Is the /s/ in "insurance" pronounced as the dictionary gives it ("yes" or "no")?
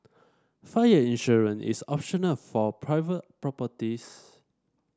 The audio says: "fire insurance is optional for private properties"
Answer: no